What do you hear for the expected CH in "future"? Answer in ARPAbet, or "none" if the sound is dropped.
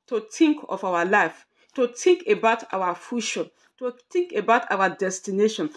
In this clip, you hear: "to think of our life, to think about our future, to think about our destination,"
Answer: SH